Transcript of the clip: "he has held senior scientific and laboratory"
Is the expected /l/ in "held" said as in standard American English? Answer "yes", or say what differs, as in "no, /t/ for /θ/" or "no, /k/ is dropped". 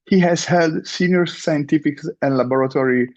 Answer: yes